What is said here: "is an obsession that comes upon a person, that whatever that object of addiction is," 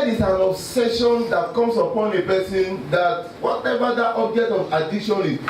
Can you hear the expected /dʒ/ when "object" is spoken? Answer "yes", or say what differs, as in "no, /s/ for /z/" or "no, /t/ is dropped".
yes